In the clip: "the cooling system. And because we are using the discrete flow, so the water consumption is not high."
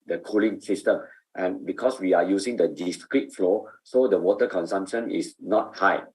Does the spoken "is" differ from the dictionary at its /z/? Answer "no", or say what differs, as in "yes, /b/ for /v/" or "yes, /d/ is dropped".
yes, /s/ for /z/